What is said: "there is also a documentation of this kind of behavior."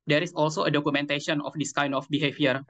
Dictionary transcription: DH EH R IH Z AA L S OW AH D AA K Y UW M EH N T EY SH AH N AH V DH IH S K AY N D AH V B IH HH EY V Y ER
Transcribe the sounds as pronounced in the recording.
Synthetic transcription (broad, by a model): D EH R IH S AA L S OW AH D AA K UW M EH N T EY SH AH N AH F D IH S K AY N D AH F B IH HH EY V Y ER